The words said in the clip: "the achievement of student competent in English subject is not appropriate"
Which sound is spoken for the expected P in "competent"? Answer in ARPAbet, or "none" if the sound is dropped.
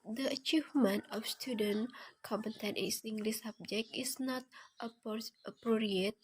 none